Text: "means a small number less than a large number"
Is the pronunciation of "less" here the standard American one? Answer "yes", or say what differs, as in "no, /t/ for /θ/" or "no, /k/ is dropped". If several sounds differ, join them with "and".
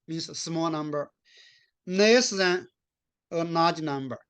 no, /n/ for /l/